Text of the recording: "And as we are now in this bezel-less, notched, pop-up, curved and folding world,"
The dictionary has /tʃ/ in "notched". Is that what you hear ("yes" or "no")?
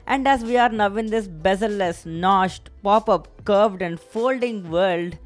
no